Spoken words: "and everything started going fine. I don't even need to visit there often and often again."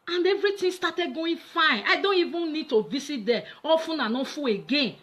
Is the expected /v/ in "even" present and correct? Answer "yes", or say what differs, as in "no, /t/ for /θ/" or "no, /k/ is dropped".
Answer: yes